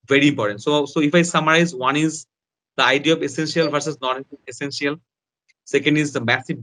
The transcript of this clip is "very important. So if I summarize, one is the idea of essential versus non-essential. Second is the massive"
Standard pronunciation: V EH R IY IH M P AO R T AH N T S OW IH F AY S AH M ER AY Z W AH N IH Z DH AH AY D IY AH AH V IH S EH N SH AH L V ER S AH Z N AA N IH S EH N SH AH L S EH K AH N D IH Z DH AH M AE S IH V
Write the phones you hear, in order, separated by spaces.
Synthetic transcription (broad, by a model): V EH R IY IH M P AO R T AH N T S OW IH F AY S AH M ER AY Z W AH N IH Z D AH AY D IY AH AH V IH S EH N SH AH L F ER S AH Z N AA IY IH S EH N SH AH L S EH K AH N D IH Z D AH M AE S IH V